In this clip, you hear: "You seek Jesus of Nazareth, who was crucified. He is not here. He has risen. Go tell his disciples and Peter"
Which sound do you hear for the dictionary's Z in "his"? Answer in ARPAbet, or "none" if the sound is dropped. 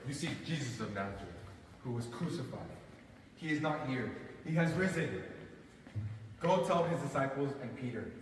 Z